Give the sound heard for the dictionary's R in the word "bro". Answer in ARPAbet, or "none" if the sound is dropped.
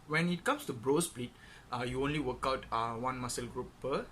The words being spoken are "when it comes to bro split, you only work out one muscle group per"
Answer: R